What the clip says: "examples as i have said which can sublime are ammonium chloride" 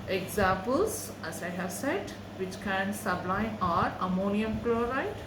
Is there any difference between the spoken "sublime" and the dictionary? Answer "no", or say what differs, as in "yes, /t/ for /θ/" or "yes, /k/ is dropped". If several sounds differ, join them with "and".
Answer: yes, /m/ is dropped